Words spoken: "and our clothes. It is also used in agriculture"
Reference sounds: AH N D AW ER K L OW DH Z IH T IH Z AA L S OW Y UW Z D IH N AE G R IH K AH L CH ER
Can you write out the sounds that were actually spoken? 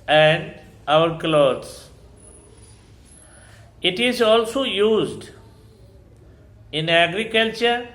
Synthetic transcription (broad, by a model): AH N D AW ER K L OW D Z IH T IH Z AA L S OW Y UW Z D IH N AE G R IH K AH L CH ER